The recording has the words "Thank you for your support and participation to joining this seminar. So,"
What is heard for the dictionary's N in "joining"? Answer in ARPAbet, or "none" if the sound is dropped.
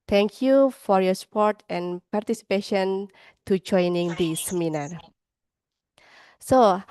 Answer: N